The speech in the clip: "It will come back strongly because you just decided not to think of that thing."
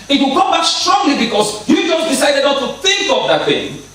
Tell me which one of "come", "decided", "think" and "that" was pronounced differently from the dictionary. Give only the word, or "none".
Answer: none